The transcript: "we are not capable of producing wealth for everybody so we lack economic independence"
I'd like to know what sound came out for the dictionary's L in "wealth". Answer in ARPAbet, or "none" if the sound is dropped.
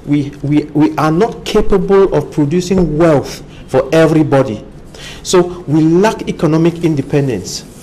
L